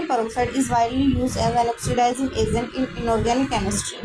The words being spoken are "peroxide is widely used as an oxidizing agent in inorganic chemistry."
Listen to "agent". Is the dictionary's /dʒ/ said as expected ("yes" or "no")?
no